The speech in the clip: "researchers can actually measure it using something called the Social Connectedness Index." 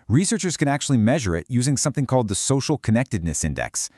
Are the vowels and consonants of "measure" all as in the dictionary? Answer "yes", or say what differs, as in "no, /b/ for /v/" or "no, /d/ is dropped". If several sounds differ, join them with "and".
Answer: yes